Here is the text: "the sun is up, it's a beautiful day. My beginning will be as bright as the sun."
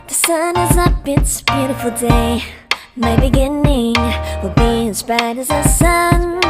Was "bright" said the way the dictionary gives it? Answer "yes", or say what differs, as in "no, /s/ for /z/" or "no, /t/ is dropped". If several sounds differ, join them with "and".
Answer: no, /ɹ/ is dropped